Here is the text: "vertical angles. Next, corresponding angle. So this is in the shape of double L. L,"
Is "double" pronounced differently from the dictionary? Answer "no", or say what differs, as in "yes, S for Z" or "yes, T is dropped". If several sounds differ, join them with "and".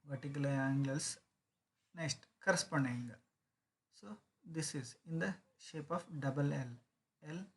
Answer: no